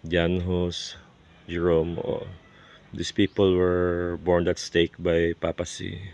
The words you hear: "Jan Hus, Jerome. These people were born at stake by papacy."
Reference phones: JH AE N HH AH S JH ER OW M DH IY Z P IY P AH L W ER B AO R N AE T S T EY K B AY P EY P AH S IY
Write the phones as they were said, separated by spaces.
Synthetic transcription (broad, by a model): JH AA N HH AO S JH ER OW M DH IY S P IY P AH L W ER B AO R N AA T S T EY K B AY P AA P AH S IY